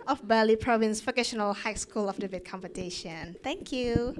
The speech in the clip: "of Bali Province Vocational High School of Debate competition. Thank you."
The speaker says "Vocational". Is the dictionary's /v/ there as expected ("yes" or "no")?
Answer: no